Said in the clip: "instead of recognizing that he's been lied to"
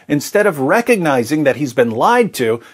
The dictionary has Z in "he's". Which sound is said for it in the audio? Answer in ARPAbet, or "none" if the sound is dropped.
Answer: Z